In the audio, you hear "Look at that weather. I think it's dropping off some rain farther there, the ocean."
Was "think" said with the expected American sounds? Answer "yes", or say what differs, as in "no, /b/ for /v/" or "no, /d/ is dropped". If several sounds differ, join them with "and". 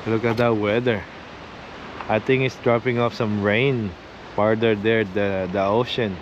no, /t/ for /θ/